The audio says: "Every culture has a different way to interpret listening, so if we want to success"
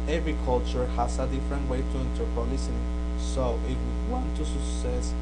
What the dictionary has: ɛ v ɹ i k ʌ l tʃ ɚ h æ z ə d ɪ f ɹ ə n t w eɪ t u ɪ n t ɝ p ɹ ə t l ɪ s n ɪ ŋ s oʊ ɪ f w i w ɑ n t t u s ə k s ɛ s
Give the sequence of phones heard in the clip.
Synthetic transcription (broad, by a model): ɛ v ɹ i k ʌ l tʃ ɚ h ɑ s ə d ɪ f ɹ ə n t w eɪ t u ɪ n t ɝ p ə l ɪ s ɪ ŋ s oʊ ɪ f w i w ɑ n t t u s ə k s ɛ s